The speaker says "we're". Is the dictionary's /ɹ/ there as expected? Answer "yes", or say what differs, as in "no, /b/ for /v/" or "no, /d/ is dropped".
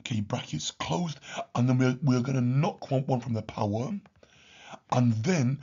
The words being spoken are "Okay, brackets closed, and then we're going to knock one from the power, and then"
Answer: no, /w/ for /ɹ/